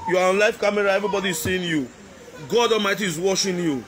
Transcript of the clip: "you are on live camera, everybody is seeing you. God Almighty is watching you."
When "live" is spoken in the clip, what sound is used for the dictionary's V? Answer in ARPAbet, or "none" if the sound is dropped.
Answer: F